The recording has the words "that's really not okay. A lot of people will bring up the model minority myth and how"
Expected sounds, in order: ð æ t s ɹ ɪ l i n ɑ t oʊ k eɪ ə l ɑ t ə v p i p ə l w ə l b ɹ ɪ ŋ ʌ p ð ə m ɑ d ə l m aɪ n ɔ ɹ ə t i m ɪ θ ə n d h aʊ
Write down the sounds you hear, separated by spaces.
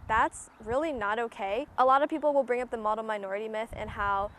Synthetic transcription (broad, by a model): ð æ t s ɹ ɪ l i n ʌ t oʊ k eɪ ə l ɑ t ə v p i p l w ə l b ɹ ɪ ŋ ʌ p ð ə m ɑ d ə m aɪ n ɔ ɹ ə t i m ɪ θ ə n h aʊ